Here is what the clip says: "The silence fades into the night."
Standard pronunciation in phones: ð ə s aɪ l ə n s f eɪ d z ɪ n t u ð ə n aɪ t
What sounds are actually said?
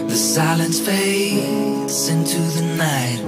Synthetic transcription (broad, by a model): ð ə s aɪ l ə n s f eɪ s ɪ n t u ð ə n aɪ t